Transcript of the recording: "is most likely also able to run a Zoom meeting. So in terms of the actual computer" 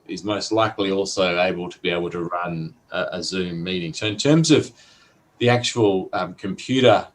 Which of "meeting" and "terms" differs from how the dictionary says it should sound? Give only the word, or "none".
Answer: none